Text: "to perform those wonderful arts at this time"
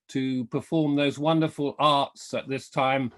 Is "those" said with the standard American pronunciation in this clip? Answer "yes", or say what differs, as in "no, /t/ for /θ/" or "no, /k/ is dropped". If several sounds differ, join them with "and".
yes